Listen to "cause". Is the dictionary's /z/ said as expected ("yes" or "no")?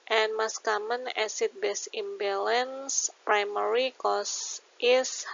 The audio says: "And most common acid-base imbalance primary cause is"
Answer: no